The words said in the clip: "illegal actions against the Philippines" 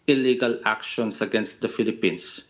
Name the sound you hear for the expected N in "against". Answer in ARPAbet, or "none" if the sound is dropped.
N